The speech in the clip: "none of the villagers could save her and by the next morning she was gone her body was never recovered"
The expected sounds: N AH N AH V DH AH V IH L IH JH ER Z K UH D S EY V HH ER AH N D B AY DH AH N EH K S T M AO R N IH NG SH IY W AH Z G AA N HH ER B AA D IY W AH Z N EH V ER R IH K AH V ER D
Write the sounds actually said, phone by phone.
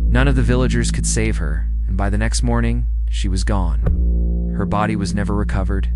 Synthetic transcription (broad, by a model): N AH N AH V DH AH V IH L IH JH ER Z K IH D S EY V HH ER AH N B AY DH AH N EH K S T M AO R N IH NG SH IY W AH Z G AA N HH ER B AA D IY W AH Z N EH V ER R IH K AH V ER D